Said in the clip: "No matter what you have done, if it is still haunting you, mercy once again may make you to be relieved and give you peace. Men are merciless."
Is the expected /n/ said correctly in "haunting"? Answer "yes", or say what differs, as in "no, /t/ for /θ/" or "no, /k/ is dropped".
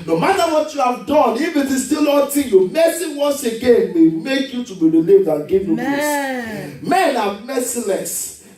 no, /n/ is dropped